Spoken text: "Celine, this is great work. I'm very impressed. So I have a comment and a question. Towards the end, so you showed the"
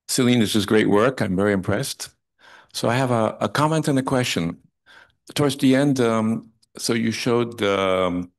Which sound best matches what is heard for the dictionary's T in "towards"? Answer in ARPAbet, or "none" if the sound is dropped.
T